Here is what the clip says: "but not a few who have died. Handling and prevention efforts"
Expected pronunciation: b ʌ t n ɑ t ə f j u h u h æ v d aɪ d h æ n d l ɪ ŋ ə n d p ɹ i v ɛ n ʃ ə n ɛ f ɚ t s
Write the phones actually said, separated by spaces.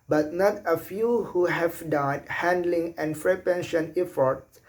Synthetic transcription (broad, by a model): b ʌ t n ɑ t ə f j u h u h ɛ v d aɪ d h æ n d l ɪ ŋ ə n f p ɹ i p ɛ n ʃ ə n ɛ f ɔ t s